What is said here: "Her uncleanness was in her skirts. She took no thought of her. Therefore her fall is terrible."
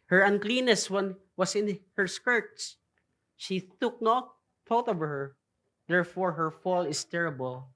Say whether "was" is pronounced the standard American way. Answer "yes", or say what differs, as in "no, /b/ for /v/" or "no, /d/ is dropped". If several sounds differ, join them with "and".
no, /s/ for /z/